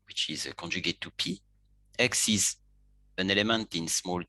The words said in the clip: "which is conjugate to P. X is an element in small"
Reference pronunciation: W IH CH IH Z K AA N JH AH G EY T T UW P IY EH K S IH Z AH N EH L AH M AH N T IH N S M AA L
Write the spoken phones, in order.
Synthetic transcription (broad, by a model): W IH CH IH Z K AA N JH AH G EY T T UW P IY EH K S IH Z AH N EH L AH M AH N T IH N S M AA L